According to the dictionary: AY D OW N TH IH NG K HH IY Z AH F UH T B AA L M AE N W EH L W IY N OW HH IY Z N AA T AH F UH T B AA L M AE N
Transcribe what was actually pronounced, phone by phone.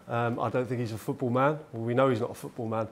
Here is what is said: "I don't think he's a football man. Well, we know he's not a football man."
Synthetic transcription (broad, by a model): AY D OW N TH IH NG K HH IY Z AH F UH T B AA L M AE N W EH L W IY N OW HH IY Z N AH T AH F UH T B AA L M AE N